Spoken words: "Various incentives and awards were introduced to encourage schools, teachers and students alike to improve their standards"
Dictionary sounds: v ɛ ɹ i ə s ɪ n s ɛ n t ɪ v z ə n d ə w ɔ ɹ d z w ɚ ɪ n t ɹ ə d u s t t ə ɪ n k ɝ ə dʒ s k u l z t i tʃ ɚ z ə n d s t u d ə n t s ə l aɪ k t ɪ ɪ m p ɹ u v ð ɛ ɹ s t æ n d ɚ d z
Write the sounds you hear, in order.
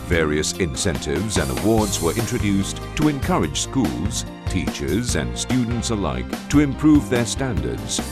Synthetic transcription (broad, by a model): v ɛ ɹ i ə s ɪ n s ɛ n t ɪ v z ə n d ə w ɔ ɹ d z w ɚ ɪ n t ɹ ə d u s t t ə ɪ n k ɝ ə dʒ s k u l z t i tʃ ɚ z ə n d s t u d n t s ə l aɪ k t ɪ ɪ m p ɹ u v ð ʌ ɹ s t æ n d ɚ d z